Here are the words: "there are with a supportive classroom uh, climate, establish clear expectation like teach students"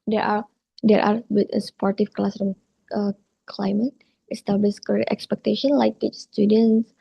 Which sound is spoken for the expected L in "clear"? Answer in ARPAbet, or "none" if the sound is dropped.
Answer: none